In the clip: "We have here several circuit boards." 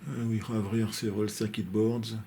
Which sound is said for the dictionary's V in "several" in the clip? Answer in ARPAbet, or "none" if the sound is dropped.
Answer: none